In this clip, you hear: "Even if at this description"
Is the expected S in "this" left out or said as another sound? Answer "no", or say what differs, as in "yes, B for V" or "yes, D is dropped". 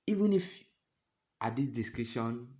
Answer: yes, S is dropped